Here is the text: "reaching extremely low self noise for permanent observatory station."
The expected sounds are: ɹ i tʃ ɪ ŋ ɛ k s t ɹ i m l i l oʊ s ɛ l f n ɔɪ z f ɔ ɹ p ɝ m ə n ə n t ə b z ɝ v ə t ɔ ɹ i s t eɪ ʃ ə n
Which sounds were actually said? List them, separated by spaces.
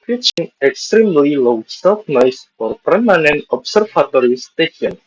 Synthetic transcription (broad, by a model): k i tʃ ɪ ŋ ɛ k s t ɹ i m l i l oʊ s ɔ f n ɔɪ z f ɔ ɹ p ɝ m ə n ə n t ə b s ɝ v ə t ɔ ɹ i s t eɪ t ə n